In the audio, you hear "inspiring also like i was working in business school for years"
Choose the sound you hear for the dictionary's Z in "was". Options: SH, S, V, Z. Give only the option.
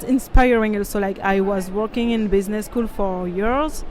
Z